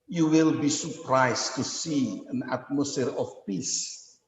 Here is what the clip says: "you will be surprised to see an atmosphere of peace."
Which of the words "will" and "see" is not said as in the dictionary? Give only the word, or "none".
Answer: none